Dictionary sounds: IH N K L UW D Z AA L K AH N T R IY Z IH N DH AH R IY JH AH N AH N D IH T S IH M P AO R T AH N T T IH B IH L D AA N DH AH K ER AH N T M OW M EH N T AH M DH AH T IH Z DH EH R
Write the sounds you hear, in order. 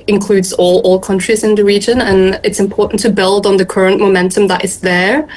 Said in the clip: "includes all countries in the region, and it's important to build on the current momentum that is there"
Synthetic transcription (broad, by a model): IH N K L UW D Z AA L K AH N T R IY Z IH N DH AH R IY JH AH N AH N IH T S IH M P AO R T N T T IH B IH L D N DH AH K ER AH N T M OW M EH N T AH M DH AH T IH Z DH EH R